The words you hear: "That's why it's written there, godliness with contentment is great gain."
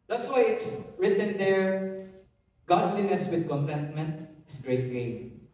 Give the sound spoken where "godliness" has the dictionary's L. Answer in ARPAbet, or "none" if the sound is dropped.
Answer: L